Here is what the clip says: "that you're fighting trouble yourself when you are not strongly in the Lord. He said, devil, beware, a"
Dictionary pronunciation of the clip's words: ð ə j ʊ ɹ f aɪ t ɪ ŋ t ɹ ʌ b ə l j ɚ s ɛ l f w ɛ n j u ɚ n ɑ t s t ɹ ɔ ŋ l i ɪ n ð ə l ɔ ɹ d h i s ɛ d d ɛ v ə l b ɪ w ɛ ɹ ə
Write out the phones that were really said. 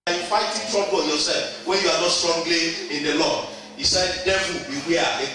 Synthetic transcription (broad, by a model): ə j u f aɪ t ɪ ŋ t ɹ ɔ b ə n j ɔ s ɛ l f w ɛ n j u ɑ n ɑ t s t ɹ ɔ ŋ l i ɪ n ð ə l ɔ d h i s ɛ d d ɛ ə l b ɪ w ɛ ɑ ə